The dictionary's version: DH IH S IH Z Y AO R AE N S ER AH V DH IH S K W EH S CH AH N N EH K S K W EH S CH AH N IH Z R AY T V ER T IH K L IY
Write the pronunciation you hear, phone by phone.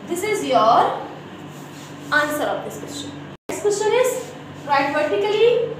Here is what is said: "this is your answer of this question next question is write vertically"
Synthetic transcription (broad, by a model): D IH S IH Z Y AO R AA N S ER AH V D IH S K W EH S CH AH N N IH S K W EH S CH AH N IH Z R AY T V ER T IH K L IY